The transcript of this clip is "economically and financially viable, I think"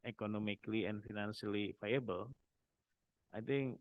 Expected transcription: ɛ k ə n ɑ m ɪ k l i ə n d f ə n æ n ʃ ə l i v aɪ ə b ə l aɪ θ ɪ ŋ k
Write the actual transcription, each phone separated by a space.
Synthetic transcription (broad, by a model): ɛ k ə n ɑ m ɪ k l i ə n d f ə n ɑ n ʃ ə l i f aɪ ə b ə l aɪ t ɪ ŋ k